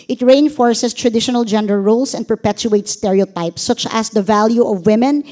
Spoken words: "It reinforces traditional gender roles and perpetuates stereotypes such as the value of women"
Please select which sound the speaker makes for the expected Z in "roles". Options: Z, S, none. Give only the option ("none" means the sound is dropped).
S